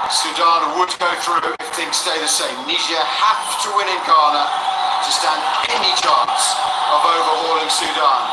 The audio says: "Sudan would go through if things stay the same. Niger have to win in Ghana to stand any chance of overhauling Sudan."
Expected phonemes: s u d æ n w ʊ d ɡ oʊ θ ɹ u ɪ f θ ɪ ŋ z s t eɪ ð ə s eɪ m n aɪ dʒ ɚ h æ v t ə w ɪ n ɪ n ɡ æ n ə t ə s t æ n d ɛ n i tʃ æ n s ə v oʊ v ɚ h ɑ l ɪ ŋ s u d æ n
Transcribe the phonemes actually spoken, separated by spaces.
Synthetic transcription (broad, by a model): s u d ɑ n w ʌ d ɡ oʊ θ ɹ u ɪ f θ ɪ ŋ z s t eɪ ð ə s eɪ m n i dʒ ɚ h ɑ f t ə w ɪ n ɪ n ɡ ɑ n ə t ə s t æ n d ɛ n i tʃ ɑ n s ə v oʊ v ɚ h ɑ l ɪ ŋ s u d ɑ n